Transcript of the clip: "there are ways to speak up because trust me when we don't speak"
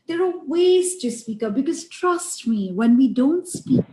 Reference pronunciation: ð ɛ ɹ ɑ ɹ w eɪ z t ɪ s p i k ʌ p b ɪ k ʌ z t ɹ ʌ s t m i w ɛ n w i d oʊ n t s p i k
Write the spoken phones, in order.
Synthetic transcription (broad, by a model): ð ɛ ɹ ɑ l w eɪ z t ɪ s p i k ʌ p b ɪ k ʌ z t ɹ ʌ s t m i w ɛ n w i d oʊ n t s p i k